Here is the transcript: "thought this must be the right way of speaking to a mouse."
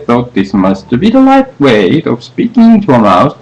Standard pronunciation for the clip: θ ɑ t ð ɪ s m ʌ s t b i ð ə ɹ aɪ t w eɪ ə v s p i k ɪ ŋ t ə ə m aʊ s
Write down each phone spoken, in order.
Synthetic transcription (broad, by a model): θ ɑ t ð ɪ s m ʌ s t b i ð ə l aɪ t w eɪ ə v s p i k ɪ ŋ t ə ə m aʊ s